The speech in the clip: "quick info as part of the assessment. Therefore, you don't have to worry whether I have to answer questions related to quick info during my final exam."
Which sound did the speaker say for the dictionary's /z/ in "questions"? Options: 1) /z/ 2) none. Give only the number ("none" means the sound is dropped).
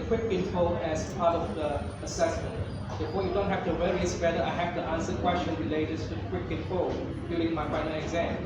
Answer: 2